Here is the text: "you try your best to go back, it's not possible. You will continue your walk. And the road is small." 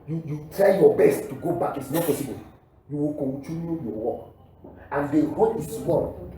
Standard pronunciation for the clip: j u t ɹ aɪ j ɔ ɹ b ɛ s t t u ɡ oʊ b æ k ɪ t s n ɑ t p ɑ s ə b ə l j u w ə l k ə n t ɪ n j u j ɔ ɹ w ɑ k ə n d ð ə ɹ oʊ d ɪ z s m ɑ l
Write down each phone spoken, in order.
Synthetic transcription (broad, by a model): j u t ɹ aɪ j ɔ b ɛ s t t u ɡ oʊ b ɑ k ɪ t s n ɑ t p ɑ s ə b ə l j u w ə l k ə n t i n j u j ɔ w ɑ k ə n d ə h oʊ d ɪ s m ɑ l